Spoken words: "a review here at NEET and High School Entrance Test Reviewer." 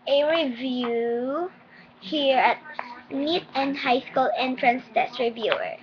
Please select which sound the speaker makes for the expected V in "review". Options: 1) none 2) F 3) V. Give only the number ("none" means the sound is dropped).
3